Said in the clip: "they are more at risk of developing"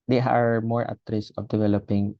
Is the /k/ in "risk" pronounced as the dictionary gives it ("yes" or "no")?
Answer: no